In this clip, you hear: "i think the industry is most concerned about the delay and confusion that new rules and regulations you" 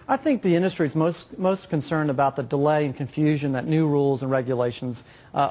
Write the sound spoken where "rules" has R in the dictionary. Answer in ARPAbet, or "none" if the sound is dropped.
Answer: R